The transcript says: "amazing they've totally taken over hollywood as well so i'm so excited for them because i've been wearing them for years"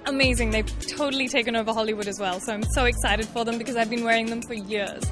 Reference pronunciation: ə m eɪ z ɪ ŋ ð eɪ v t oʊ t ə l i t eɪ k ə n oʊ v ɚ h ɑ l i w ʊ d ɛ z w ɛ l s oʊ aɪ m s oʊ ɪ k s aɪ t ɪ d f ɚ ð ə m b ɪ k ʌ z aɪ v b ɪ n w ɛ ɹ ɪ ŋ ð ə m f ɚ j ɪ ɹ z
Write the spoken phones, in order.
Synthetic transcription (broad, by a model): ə m eɪ z ɪ ŋ ð eɪ v t oʊ t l i t eɪ k ə n oʊ v ɚ h ɑ l i w ʊ d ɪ z w ɛ l s oʊ aɪ m s oʊ ɪ k s aɪ t ɪ d f ɚ ð ə m b ɪ k ʌ z aɪ v b ɪ n w ɛ ɹ ɪ ŋ ð ə m f ɚ j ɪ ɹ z